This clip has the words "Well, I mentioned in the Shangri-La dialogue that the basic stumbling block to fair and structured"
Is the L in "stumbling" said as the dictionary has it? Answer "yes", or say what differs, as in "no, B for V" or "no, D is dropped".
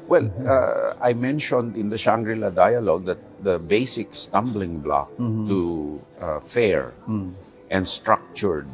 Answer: yes